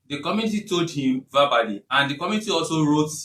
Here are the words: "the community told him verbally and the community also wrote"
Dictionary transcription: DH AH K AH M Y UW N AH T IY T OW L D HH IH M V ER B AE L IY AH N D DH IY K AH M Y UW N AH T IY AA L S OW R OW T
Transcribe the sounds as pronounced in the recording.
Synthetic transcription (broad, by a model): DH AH K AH M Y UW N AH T IY T OW L D HH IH M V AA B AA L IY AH N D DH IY K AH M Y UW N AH T IY AA L S OW R OW T